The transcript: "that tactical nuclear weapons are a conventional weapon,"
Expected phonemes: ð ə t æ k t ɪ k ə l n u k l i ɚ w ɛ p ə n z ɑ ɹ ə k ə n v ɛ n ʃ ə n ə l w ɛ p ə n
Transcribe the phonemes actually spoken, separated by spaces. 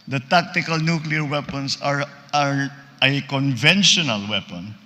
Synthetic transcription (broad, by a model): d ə t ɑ k t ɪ k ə l n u k l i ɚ w ɛ p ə n s ɑ ɹ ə k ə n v ɛ n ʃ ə n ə l w ɛ p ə n